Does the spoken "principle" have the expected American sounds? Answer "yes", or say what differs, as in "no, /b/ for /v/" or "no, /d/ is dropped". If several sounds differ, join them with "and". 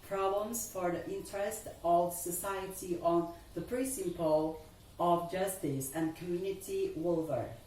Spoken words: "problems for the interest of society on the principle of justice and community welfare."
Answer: no, /n/ is dropped